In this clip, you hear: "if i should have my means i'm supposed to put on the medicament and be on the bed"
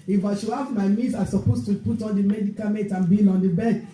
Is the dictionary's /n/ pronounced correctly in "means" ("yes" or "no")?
no